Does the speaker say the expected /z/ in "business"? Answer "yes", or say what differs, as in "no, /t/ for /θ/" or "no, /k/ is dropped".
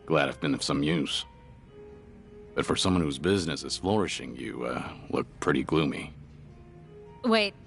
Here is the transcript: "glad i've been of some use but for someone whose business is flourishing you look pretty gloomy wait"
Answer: yes